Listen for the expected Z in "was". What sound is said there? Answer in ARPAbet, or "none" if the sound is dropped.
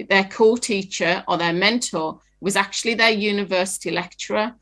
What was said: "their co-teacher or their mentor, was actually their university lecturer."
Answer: Z